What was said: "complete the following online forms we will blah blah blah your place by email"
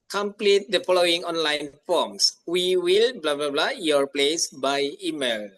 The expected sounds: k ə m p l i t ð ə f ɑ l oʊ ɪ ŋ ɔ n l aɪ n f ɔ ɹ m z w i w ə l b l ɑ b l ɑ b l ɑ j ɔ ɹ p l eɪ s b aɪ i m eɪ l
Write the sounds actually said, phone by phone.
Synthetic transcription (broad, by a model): k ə m p l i t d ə f ɑ l oʊ ɪ ŋ ɔ n l aɪ n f ɔ m s w i w ə l b l ɑ b l ɑ b l ɑ j ɔ ɹ p l eɪ s b aɪ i m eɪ l